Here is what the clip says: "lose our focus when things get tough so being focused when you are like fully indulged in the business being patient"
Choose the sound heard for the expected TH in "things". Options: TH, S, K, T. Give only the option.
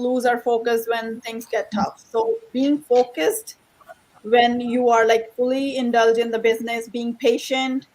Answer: T